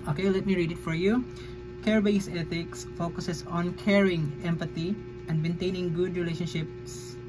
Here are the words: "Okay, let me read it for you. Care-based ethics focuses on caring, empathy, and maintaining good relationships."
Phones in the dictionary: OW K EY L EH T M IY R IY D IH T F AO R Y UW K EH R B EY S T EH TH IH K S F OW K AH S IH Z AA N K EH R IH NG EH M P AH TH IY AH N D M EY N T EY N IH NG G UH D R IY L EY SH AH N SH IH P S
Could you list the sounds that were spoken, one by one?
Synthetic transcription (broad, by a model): OW K EY L EH T M IY R IY D IH T F AO R Y UW K EH R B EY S EH T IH K S F OW K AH S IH S AA N K EH R IH NG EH M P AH T IY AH N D M EY N T EY N IH NG G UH D R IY L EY SH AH N SH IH P S